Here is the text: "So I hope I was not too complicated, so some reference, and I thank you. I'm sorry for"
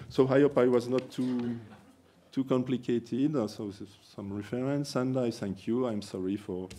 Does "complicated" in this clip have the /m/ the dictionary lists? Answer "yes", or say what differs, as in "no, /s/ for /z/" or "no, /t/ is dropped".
yes